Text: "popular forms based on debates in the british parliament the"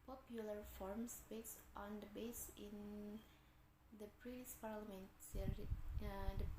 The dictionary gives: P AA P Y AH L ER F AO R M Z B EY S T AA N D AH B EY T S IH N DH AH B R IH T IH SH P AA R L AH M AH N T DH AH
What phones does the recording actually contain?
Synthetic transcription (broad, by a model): P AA P Y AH L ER F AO R M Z B EY S T AA N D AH B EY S IH N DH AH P R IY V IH S P AA R L AH M AH N T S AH